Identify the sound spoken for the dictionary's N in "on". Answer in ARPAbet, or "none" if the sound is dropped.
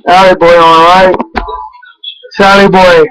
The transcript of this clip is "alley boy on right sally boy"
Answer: L